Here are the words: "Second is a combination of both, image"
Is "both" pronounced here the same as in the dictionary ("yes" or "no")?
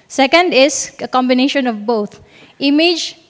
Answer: no